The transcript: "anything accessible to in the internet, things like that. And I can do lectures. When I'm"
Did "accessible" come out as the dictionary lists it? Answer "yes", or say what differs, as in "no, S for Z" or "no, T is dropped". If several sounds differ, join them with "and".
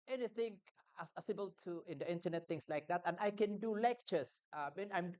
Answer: no, K is dropped